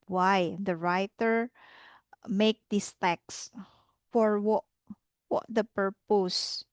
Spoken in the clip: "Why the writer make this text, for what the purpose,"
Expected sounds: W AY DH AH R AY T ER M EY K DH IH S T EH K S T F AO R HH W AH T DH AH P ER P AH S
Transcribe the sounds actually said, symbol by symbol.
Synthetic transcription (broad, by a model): W AY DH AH R AY T ER M EY K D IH S T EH K S F AO R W W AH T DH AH P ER P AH S